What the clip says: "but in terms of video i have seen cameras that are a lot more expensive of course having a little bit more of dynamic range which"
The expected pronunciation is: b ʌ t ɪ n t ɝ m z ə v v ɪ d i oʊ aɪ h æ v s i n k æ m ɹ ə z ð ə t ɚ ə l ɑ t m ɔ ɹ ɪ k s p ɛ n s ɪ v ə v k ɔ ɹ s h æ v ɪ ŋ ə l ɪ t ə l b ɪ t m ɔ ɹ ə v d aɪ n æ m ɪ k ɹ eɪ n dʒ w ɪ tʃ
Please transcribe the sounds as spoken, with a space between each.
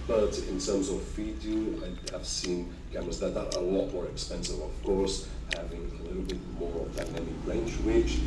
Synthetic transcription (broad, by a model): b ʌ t ɪ n t ɝ m z ə v f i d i aɪ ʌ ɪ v s i n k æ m ə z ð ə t ɚ ə l ɑ t m ɔ ɹ ɪ k s p ɛ n s ɪ v ə v k ɔ ɹ s h æ v ɪ ŋ ə l ɪ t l b ɪ t m ɔ ɹ ə v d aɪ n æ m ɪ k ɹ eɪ n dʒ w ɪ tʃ